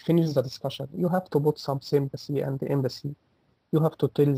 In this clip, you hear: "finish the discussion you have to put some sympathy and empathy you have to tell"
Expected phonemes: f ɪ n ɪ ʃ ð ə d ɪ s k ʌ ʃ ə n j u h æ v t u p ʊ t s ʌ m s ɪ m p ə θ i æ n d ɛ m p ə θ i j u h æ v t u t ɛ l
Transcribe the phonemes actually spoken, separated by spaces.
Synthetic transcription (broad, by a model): f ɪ n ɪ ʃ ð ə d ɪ s k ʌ ʃ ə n j u h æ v t u b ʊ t s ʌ m s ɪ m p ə s i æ n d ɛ m b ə s i j u h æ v t u t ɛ l